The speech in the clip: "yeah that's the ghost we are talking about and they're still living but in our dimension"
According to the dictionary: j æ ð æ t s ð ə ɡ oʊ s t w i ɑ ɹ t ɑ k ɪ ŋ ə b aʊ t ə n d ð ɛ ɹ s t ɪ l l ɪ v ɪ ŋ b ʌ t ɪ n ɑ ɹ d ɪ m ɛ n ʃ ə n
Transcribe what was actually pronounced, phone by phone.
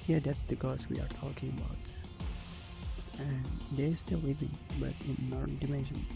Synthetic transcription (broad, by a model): j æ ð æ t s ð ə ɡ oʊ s w i ɑ ɹ t ɑ k ɪ ŋ ə b aʊ t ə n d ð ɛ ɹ s t ɪ l w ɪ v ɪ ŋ b ʌ t ɪ n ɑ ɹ d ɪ m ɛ n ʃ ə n